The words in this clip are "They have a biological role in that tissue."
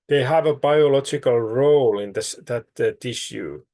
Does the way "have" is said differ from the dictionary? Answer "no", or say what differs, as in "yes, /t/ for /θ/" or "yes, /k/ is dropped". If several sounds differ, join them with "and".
no